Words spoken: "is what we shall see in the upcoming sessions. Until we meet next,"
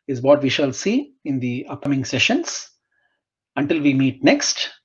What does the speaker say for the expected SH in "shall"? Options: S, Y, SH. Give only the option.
SH